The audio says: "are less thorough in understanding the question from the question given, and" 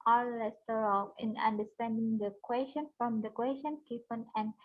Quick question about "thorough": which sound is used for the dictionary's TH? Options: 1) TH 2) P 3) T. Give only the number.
3